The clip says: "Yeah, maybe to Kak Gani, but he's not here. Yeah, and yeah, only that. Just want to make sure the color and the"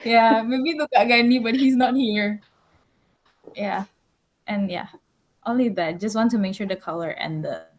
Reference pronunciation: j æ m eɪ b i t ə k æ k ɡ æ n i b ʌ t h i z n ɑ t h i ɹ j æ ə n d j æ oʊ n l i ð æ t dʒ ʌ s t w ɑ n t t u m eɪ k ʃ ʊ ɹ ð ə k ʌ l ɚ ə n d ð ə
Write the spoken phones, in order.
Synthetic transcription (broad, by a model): j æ m eɪ b i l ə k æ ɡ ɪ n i b ʌ t h i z n ɑ t h i ɹ j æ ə n j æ oʊ n l i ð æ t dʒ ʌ s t w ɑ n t t u m eɪ k ʃ ʊ ɹ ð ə k ʌ l ɚ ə n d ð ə